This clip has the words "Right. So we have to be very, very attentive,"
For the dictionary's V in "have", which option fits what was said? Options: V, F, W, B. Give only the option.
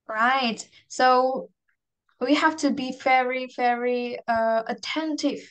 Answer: F